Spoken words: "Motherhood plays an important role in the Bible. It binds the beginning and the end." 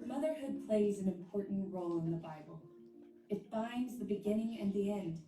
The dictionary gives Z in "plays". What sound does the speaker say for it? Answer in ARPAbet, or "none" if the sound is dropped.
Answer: Z